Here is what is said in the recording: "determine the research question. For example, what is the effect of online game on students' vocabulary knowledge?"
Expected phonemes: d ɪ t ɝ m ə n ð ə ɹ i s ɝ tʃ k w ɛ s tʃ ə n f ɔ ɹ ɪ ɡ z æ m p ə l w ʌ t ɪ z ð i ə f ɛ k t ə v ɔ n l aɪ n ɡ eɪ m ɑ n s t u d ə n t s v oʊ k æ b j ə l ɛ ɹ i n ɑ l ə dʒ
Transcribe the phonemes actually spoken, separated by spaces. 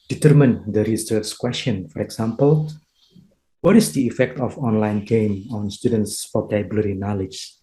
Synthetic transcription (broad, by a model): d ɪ t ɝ m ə n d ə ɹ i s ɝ s k w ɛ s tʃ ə n f ɔ ɹ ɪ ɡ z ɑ m p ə l w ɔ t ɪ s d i ə f ɛ k t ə f ɔ n l aɪ n ɡ eɪ m ɑ n s t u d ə n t s f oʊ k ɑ b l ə ɹ i n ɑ l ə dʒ